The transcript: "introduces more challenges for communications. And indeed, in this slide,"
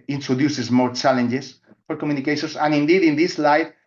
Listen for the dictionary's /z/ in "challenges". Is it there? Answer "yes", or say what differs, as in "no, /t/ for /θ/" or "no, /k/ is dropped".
no, /s/ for /z/